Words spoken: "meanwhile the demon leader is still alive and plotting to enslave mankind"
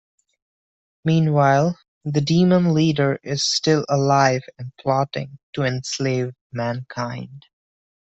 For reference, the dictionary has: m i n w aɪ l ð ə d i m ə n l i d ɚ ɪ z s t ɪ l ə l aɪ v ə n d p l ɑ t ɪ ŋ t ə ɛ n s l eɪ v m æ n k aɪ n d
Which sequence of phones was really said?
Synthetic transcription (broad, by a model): m i n w aɪ l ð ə d i m ə n l i d ɚ ɪ z s t ɪ l ə l aɪ v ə n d p l ɑ t ɪ ŋ t ə ɛ n s l eɪ v m æ n k aɪ n d